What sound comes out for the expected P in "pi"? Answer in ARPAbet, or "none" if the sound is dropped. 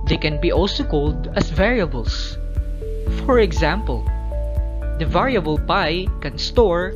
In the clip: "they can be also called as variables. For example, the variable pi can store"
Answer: P